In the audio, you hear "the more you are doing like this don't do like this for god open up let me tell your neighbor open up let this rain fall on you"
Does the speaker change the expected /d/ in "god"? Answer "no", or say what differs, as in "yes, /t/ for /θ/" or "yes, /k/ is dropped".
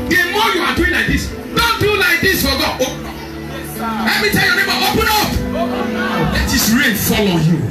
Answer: yes, /d/ is dropped